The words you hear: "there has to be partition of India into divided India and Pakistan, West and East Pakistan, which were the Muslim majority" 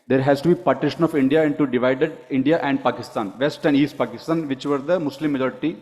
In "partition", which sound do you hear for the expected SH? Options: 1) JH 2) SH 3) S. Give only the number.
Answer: 2